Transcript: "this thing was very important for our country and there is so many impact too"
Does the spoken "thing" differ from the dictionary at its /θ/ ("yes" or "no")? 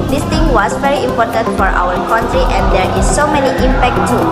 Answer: yes